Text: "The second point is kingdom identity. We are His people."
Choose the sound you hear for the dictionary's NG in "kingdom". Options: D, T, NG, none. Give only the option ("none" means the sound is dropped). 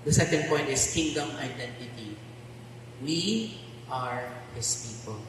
NG